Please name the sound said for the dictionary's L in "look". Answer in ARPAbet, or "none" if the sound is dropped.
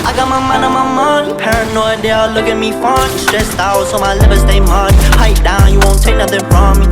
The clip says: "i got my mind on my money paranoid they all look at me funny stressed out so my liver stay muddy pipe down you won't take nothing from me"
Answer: L